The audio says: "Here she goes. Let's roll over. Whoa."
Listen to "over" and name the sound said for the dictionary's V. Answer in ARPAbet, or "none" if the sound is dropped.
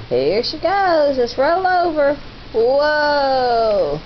V